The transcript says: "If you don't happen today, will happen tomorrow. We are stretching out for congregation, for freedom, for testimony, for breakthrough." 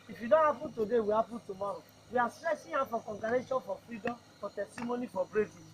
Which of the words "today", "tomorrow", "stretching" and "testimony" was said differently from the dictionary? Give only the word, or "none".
stretching